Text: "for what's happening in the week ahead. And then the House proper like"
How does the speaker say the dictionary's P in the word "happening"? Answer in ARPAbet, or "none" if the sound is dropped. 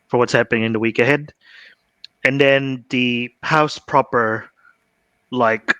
P